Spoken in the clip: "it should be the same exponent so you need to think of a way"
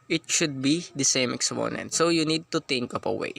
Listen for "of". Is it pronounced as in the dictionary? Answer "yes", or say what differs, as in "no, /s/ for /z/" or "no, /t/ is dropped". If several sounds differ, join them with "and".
no, /p/ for /v/